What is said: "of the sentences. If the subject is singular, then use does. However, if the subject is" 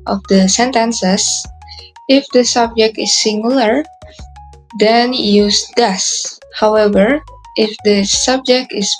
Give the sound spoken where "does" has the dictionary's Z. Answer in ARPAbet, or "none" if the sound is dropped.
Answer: S